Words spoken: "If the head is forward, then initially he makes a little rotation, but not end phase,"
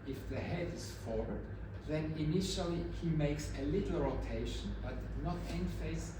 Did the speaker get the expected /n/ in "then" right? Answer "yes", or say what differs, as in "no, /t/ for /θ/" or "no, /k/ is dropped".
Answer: yes